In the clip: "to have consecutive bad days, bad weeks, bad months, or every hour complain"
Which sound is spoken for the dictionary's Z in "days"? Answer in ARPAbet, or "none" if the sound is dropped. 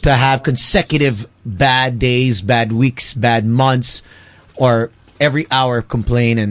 Z